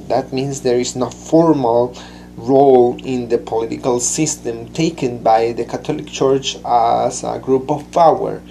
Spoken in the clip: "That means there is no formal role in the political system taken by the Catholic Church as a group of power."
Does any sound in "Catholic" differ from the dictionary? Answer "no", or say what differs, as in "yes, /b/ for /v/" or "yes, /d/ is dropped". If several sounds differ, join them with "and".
yes, /t/ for /θ/